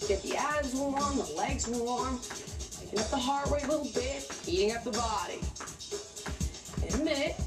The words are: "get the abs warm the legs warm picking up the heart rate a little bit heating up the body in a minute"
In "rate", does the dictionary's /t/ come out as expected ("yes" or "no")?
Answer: no